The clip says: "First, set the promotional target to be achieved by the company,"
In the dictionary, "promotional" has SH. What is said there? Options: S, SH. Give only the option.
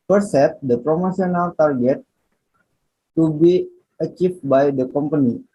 S